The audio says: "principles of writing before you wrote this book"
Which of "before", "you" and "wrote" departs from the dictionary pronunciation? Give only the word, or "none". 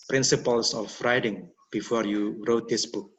none